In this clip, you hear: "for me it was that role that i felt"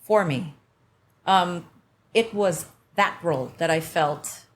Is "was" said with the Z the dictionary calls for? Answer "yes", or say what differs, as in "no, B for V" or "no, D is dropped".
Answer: yes